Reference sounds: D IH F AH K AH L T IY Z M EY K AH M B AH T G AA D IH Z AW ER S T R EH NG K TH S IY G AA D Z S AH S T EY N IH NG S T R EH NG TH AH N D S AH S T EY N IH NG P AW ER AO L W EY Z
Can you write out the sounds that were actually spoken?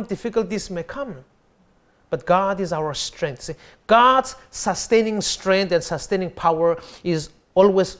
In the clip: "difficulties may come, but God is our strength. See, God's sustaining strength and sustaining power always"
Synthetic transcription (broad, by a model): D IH F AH K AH L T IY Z M EY K AH M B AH T G AA D IH Z AW ER S T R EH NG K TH S IY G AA D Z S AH S T EY N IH NG S T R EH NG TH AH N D S AH S T EY N IH NG P AW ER AO L W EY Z